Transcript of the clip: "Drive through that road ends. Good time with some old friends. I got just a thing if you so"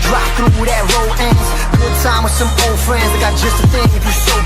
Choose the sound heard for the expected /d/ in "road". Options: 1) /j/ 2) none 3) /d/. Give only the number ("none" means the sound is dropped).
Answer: 2